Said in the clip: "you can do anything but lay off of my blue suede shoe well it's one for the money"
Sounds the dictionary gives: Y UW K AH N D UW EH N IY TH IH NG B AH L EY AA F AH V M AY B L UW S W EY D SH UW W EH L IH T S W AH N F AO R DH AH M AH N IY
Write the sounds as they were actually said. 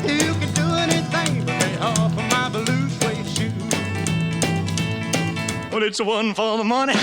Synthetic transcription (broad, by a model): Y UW K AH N D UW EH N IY TH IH NG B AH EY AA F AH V M AY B L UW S W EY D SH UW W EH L IH T S W AH N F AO L DH AH M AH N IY